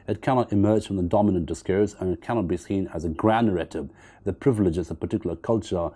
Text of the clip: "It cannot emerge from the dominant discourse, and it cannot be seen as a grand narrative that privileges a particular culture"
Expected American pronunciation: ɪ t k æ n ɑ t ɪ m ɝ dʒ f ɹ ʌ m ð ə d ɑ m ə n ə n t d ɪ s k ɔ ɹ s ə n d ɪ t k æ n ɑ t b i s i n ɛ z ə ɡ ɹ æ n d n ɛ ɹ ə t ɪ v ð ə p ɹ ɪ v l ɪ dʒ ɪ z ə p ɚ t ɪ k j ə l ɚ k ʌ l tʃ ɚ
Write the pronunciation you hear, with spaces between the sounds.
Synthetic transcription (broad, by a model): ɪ t k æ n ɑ t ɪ m ɝ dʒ f ɹ ʌ m ð ə d ɑ m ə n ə n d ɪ s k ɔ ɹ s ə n ɪ t k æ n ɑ t b i s i n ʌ z ə ɡ ɹ æ n d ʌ ɹ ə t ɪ b ð ə p ɹ ɪ v l ɪ dʒ ɪ z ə p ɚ t ɪ k j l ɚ k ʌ l tʃ ɚ